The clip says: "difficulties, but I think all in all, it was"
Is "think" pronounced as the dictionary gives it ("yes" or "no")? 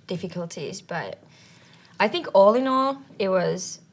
yes